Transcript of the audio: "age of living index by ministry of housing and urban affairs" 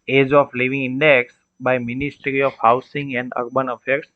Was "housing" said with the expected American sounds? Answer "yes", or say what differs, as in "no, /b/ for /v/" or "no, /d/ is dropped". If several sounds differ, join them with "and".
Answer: no, /s/ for /z/